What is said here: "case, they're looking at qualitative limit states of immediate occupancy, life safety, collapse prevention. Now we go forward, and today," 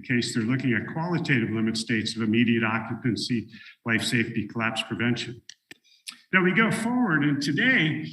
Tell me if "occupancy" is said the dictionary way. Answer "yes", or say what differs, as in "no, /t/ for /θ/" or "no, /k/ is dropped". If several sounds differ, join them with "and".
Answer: yes